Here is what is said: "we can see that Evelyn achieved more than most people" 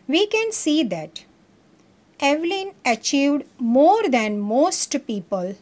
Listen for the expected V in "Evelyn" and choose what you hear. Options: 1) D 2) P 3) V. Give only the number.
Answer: 3